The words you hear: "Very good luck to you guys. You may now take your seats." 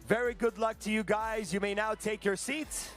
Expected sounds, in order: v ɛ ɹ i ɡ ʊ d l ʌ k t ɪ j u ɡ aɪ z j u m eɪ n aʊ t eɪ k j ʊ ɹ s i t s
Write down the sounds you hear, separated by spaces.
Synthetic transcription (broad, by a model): v ɛ ɹ i ɡ ʊ d l ʌ k t ɪ j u ɡ aɪ z j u m eɪ n aʊ t eɪ k j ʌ ɹ s i t s